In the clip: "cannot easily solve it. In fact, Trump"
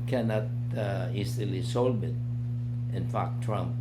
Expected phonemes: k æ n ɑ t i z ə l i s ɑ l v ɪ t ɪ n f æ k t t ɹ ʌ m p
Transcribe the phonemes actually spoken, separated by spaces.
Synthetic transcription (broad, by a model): k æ n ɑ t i s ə l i s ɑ l b ɪ t ɪ n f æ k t t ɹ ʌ m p